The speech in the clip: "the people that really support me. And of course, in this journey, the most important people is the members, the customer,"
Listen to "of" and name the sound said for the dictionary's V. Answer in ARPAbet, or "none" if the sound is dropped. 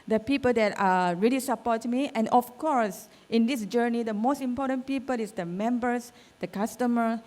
F